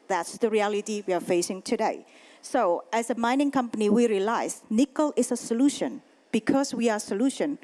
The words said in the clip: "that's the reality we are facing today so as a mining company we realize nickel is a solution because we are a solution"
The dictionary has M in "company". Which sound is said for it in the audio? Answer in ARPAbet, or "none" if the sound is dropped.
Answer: M